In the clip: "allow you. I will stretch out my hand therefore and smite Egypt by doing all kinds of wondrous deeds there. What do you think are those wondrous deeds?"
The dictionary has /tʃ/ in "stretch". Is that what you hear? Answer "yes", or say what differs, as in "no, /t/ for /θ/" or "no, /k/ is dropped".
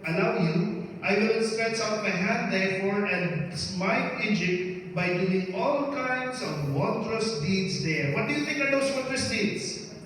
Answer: no, /s/ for /tʃ/